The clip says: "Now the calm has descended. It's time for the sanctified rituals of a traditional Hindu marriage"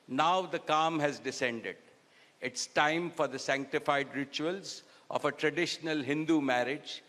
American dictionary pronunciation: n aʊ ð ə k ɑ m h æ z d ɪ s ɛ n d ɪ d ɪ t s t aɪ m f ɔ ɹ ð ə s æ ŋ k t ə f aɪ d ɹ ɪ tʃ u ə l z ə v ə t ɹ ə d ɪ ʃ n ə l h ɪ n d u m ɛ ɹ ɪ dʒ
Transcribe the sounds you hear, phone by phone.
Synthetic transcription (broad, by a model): n aʊ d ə k ɑ m h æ z d ɪ s ɛ n d ɪ d ɪ t s t aɪ m f ɔ ɹ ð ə s æ ŋ k t ə f aɪ d ɹ ɪ tʃ u ə l z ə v ə t ɹ ə d ɪ ʃ n ə l h ɪ n d u m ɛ ɹ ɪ dʒ